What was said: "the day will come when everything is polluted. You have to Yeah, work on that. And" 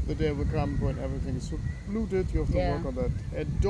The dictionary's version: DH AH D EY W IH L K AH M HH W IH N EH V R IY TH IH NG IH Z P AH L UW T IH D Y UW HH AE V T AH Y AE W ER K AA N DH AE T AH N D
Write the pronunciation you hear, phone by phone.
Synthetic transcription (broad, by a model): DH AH D EY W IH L K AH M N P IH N EH V R IY TH IH NG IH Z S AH L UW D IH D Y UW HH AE F T AH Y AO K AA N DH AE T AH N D